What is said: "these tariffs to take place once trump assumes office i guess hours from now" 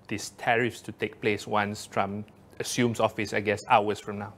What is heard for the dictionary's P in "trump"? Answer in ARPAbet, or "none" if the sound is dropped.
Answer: none